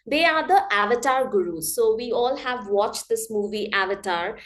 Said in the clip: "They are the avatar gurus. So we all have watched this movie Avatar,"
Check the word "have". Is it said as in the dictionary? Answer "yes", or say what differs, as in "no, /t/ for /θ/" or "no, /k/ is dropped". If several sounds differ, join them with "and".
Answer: yes